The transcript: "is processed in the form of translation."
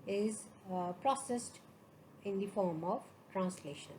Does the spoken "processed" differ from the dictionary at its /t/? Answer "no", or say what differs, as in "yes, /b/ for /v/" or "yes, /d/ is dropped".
no